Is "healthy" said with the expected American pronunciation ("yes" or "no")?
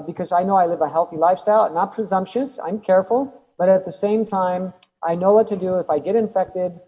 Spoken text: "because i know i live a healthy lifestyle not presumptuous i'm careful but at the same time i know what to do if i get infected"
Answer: yes